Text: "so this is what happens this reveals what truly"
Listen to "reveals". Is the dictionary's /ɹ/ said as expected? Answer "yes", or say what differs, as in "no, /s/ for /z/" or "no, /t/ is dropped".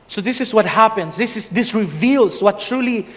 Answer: yes